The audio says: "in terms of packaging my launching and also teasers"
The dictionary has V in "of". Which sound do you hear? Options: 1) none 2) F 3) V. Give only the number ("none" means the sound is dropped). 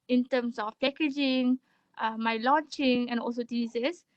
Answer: 2